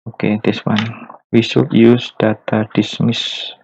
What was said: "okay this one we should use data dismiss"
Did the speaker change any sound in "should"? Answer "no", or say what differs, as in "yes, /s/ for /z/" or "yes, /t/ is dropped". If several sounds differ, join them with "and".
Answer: yes, /s/ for /ʃ/